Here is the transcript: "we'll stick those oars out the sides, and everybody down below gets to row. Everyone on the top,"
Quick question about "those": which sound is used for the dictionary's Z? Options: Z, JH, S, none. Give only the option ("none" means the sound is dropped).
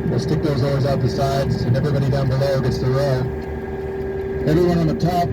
Z